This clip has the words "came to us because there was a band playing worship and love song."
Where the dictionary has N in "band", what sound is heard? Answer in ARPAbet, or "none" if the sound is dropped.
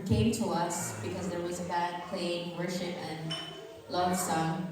none